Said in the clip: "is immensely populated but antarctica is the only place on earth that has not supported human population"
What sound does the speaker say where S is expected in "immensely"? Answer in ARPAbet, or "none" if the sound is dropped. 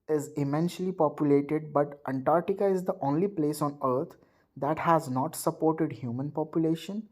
SH